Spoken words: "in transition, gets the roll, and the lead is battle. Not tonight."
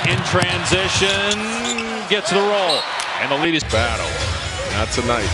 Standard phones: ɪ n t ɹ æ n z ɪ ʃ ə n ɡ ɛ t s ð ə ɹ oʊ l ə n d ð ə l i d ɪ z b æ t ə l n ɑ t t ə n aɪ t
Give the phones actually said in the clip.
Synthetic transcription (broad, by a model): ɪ n t ɹ æ n z ɪ ʃ ə n ɡ ɛ t s ð ə ɹ oʊ l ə n ð ə l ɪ d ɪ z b æ t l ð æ t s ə n aɪ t